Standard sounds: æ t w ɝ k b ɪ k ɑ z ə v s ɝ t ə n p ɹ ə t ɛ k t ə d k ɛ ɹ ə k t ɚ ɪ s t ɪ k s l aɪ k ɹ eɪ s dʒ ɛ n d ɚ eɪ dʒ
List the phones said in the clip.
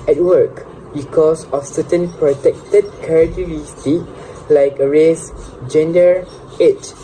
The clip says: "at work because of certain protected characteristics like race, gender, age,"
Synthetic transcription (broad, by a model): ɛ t w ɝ k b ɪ k ɑ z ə f s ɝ t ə n p ɹ ə t ɛ k t ə d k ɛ ɹ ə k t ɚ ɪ s t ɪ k l aɪ k ɹ eɪ s dʒ ɛ n d ɚ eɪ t